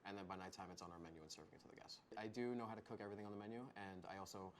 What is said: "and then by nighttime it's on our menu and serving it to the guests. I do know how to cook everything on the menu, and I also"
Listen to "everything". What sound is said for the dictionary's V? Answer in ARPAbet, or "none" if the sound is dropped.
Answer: V